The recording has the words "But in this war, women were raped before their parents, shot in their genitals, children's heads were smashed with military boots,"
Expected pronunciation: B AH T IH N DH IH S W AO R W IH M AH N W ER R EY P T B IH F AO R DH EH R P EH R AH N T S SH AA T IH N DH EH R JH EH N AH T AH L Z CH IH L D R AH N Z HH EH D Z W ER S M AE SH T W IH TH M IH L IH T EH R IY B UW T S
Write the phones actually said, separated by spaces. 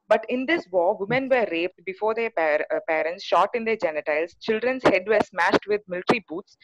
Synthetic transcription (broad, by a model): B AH T IH N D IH S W AO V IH M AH N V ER R EY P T B IH F AO R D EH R P EH R AH N T S SH AA T IH N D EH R JH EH N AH T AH L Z CH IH L D R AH N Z HH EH D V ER S M AE SH T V IH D M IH L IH T R IY B UW T S